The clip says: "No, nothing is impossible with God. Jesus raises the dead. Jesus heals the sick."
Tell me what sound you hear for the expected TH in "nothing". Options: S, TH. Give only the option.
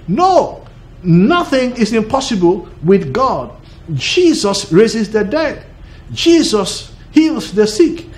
TH